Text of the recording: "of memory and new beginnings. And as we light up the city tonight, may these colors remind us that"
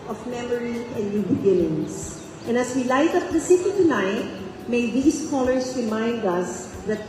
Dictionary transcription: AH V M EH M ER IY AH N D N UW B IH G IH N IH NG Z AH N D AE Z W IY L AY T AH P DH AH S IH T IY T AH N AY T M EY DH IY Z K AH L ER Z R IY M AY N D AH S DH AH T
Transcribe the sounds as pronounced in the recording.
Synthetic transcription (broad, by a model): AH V M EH M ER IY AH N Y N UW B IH G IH N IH NG S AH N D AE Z W IY L AY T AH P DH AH S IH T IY T AH N AY T M EY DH IY S K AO L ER S R IY M AY N D AH S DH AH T